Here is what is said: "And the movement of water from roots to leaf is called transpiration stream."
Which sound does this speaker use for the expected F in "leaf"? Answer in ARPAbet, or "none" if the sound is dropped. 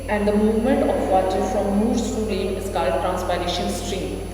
none